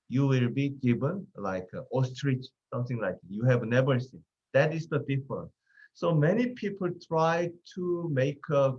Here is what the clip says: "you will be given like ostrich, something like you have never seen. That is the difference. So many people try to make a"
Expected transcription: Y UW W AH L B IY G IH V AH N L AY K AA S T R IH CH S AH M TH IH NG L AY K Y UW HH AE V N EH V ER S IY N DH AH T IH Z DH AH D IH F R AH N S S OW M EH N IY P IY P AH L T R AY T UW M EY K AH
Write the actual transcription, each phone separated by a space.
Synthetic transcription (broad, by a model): Y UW W AH L B IY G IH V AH N L AY K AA S T R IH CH S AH M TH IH NG L AY K Y UW HH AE V N EH V ER S IY N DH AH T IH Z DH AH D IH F AH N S S OW M EH N IY P IY P AH L T R AY T UW M EY K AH